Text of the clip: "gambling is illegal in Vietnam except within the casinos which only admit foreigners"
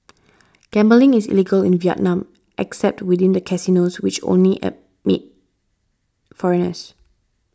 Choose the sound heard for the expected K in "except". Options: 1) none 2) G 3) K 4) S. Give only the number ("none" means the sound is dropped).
3